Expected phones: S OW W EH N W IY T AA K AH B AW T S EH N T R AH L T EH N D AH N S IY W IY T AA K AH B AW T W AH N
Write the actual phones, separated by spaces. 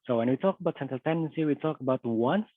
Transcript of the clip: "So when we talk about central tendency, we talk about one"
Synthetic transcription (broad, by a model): S OW W EH N W IY T AA K AH B AW T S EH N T AH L T EH N D AH N S IY W IY T AA K AH B AW T W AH N